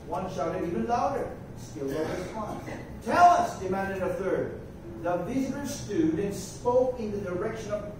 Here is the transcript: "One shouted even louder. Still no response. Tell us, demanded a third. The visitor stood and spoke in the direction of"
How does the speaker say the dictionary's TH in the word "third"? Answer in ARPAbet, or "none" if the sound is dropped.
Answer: TH